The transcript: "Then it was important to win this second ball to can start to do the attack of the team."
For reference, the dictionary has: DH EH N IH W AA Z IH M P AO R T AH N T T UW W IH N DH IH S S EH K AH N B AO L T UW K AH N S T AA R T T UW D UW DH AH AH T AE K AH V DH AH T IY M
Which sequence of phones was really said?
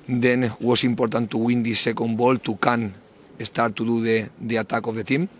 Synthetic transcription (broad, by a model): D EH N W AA S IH M P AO R T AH N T T UW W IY N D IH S S EH K AH N B AO L T UW K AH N S T AA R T T UW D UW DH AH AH T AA K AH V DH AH T IY M